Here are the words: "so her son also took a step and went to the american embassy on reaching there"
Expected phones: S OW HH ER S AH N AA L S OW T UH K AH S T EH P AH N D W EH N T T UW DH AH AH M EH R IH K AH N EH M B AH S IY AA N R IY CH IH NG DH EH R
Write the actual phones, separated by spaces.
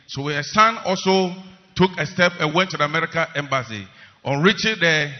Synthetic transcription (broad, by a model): S OW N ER S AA N AA L S OW T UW K AH S T EH P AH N W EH N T T UW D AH M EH R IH K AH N EH M B AH S IY AA N R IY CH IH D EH